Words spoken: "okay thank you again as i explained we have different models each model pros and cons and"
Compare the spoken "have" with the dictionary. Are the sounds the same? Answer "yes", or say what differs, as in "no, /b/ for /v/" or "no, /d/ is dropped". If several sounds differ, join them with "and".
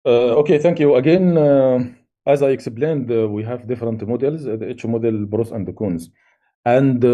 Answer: yes